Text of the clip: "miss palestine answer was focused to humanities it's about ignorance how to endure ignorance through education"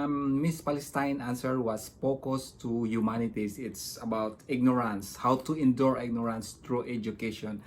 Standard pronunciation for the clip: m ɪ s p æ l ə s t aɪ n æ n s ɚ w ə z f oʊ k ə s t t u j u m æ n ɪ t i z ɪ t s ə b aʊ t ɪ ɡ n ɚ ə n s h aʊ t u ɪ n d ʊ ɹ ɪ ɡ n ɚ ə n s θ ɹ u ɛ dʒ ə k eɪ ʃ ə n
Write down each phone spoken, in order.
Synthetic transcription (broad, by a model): m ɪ s p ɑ l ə s t aɪ n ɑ n s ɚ w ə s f oʊ k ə s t t u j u m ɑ n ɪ t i s ɪ t s ə b aʊ t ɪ ɡ n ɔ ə n s h aʊ t u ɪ n d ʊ ɹ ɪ ɡ n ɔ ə n s t ɹ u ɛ dʒ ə k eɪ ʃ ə n